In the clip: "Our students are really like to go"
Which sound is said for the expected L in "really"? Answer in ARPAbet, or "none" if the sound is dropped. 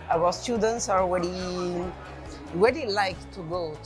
W